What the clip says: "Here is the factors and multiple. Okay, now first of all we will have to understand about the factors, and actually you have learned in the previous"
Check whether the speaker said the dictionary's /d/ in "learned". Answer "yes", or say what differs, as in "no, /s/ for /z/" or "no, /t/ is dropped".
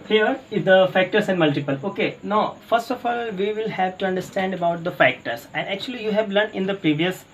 no, /d/ is dropped